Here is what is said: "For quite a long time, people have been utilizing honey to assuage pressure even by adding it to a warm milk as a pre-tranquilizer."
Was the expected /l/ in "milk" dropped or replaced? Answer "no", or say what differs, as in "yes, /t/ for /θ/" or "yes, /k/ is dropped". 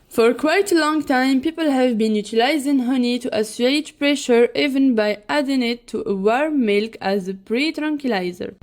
no